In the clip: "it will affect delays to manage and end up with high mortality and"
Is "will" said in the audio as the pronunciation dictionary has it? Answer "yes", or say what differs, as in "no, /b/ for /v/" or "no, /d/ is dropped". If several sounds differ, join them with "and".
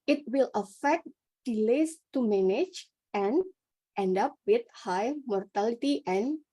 yes